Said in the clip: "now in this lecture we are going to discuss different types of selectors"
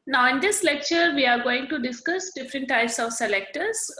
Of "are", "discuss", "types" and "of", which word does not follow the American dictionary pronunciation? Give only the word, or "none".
none